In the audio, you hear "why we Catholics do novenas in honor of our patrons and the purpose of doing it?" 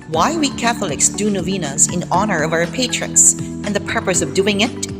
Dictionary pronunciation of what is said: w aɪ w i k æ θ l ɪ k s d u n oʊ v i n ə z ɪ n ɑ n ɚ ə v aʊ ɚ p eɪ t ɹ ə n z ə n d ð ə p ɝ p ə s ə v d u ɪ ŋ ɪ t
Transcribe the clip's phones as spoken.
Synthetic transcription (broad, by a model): w aɪ w i k æ θ l ɪ k s d u n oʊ v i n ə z ɪ n ɑ n ɚ ə v aʊ ɚ p eɪ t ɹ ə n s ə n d ð ə p ɝ p ə s ə v d u ɪ ŋ ɪ t